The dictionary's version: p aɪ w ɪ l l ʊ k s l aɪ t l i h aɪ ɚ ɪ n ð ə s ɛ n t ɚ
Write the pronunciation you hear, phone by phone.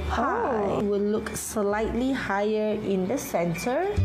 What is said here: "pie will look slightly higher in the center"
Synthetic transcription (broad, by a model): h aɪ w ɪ w l ʊ k s l aɪ t l i h aɪ ɚ ɪ n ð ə s ɛ n t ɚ